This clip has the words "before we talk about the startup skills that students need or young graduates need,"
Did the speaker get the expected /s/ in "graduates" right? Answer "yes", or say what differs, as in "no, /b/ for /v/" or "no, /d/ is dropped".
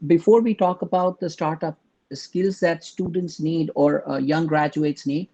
yes